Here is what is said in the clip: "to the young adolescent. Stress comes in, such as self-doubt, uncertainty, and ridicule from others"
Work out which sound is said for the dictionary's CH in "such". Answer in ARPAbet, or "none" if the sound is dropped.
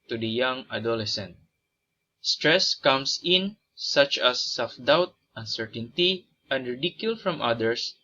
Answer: CH